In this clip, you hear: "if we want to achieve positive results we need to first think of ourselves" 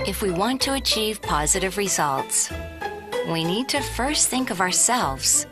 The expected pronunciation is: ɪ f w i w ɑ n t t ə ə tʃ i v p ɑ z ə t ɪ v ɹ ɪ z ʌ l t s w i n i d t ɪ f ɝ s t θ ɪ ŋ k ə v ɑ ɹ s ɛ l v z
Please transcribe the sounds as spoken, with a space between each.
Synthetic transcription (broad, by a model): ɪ f w i w ɑ n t t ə ə tʃ i v p ɑ z ə t ɪ v ɹ ɪ z ʌ l t s w i n i d t ɪ f ɝ s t θ ɪ ŋ k ə v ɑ ɹ s ɛ l v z